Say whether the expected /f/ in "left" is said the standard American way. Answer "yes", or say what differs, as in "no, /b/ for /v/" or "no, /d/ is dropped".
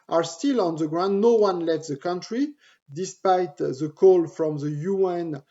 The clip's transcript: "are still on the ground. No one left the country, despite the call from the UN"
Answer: no, /f/ is dropped